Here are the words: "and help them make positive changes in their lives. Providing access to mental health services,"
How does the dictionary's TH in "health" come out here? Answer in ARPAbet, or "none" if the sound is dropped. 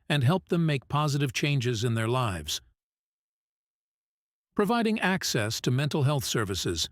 TH